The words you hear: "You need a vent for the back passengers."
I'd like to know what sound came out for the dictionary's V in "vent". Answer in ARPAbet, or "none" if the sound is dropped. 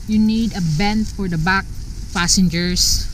B